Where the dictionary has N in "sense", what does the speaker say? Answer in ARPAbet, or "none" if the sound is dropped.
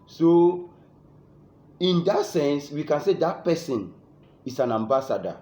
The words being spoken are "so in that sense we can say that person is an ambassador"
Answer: N